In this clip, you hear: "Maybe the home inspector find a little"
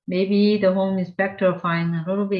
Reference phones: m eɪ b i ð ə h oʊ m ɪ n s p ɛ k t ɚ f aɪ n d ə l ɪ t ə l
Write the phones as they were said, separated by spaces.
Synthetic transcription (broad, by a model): m eɪ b i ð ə h oʊ m ɪ n s p ɛ k t ɚ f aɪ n ə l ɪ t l